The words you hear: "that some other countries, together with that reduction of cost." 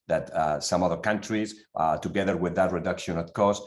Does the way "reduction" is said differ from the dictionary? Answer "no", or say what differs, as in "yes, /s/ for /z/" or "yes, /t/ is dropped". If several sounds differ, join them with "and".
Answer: no